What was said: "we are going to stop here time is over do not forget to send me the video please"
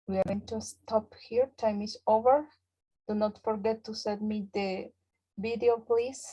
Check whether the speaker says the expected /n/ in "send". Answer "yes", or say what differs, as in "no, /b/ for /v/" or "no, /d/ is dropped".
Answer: no, /n/ is dropped